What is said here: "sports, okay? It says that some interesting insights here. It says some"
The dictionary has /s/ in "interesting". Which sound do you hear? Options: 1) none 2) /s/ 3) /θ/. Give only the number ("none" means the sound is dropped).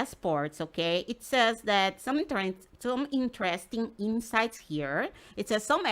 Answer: 2